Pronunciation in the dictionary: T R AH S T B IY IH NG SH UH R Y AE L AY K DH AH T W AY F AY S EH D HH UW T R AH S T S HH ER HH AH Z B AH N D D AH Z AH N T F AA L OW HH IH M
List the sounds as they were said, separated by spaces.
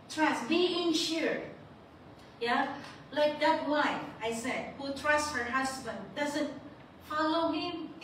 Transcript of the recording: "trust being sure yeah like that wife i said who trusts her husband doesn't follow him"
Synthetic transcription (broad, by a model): T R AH S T B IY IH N SH UH R Y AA L AY K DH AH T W AY AY S EH D HH UW T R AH S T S HH ER HH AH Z B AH N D D AH Z AH N T F AA L OW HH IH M